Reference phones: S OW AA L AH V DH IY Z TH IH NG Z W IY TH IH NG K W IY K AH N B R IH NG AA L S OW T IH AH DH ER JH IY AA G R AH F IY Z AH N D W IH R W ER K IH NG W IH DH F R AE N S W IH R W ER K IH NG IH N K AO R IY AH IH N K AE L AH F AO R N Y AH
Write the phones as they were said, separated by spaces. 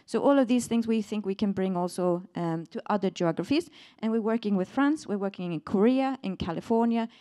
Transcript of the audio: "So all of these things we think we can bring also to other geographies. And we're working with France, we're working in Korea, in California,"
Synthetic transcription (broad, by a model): S OW AA L AH V DH IY Z TH IH NG Z W IY TH IH NG K W IY K AH N B R IH NG AA L S OW T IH AH DH ER JH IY AA G R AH F IY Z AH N W IH R W ER K IH NG W IH DH F R AE N S W IH R W ER K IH NG IH N K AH R IY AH IH N K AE L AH F AO R N Y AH